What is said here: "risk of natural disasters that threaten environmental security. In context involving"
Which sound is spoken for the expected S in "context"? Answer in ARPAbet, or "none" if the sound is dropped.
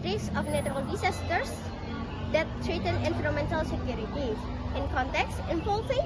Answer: S